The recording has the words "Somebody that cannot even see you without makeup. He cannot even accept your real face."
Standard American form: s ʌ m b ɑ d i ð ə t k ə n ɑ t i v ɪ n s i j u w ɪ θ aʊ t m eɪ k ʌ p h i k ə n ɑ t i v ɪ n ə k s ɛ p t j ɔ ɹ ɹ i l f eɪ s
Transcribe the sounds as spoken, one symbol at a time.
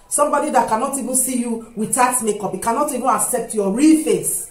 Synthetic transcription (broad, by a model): s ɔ m b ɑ d i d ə t k ə n ɑ t i v ɪ n s i j u w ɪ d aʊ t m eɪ k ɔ p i k ə n ɑ t i v ɪ n ə k s ɛ p t j ɔ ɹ ɹ i l f eɪ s